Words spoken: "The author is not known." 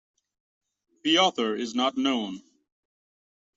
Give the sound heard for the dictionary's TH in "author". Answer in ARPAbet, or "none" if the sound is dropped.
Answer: TH